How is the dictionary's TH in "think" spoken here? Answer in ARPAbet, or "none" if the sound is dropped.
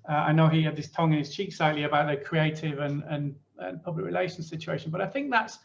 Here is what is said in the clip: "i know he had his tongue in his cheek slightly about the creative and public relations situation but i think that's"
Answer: TH